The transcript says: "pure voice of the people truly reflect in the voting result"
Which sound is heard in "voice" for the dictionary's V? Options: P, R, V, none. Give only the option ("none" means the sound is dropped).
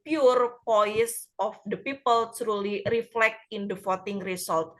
P